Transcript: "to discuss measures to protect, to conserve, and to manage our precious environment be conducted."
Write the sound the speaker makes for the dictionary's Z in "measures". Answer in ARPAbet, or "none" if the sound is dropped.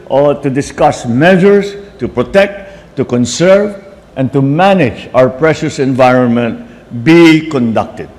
S